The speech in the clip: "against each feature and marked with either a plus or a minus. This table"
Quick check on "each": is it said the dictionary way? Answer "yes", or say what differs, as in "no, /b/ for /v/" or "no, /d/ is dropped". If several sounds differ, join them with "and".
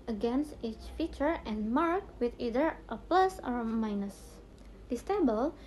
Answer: yes